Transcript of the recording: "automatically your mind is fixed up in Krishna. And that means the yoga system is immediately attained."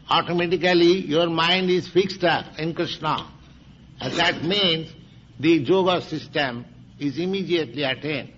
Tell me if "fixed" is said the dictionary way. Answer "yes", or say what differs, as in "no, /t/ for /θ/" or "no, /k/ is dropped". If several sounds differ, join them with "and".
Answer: yes